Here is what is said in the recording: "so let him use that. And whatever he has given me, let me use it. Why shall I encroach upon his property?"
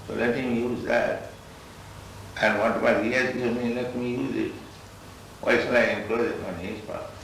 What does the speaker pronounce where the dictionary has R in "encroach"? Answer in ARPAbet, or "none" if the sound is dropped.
L